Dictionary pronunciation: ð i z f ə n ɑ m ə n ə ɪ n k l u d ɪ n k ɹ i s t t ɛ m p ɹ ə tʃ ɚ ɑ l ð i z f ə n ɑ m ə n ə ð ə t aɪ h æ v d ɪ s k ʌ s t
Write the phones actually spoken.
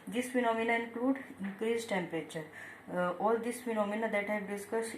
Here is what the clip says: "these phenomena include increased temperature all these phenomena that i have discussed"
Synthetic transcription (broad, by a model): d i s f ə n ɑ m ə n ə ɪ n k l u d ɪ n k ɹ i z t t ɛ m p ɹ ə tʃ ɚ ɑ l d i s f ə n ɑ m ə n ə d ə t h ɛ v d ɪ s k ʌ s